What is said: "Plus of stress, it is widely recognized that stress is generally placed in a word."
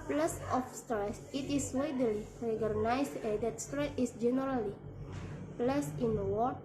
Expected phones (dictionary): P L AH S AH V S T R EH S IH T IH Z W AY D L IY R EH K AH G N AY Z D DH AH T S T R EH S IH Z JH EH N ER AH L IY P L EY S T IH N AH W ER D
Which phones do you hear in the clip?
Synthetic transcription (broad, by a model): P L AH S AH F S T R EH S IH T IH S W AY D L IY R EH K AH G N AY S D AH T S T R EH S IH S JH EH N ER AH L IY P L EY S IH N W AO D